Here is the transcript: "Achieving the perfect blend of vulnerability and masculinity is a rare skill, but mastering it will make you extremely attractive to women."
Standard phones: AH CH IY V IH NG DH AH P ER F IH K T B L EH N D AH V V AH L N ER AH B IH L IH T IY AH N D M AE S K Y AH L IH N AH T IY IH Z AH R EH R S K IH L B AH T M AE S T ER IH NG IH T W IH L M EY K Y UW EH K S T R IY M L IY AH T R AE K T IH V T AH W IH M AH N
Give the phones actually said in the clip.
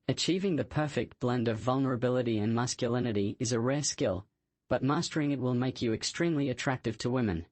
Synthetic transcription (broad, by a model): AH CH IY V IH NG DH AH P ER F IH K T B L EH N D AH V V AH L N ER AH B IH L IH T IY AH N M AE S K Y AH L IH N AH T IY IH Z AH R EH R S K IH L B AH T M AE S T ER IH NG IH T W IH L M EY K Y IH EH K S T R IY M L IY AH T R AE K T IH V T AH W IH M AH N